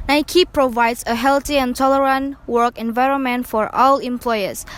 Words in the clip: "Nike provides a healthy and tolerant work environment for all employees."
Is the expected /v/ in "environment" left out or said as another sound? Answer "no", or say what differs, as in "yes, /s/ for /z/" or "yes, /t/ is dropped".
no